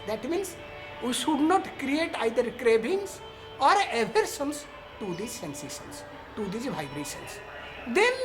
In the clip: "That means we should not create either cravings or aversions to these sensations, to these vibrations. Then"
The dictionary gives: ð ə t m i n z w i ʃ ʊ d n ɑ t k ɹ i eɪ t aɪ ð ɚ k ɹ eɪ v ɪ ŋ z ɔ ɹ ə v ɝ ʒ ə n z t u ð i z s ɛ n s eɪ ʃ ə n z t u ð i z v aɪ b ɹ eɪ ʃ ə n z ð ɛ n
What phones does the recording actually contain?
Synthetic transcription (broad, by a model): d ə t m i n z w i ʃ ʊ d n ɑ t k ɹ i eɪ t aɪ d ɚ k ɹ eɪ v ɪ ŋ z ɔ ɹ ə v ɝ s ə n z t u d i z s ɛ n s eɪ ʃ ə n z t u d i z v aɪ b ɹ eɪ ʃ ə n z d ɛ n